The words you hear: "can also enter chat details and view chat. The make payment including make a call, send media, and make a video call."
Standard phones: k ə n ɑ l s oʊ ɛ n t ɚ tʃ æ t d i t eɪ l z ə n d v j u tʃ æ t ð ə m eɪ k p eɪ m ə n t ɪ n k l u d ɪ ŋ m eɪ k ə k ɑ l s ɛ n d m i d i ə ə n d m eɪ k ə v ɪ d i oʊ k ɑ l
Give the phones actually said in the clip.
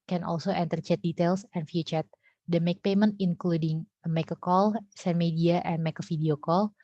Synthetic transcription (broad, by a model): k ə n ɑ l s oʊ ɛ n t ɚ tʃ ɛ t d i t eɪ l s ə n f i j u tʃ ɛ t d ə m eɪ k p eɪ m ə n t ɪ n k l u d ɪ ŋ m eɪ k ə k ɑ l s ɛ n m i d i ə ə n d m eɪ k ə f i d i oʊ k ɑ l